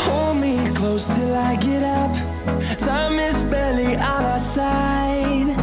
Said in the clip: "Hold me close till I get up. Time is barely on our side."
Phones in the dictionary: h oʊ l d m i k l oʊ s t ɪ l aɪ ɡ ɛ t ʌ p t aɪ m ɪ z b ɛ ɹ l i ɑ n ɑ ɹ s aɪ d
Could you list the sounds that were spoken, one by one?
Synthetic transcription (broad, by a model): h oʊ l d m i k l oʊ s t ɪ l aɪ ɡ ɛ t ʌ p s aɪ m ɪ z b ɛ l i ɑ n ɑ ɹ s aɪ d